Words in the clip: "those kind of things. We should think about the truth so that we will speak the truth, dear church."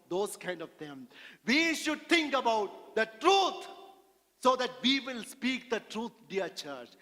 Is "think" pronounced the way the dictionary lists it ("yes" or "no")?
no